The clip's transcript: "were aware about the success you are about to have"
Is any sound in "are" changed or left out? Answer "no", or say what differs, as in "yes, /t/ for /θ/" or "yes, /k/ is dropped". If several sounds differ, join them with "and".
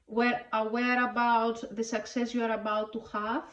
no